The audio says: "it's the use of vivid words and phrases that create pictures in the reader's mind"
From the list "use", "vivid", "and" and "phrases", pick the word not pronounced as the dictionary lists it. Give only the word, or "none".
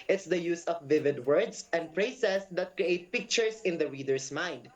phrases